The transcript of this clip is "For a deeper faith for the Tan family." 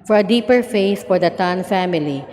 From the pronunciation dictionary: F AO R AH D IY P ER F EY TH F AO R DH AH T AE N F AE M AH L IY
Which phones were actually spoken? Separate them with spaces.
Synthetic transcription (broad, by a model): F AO R AH D IY P ER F EY S F AO R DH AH T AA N F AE M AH L IY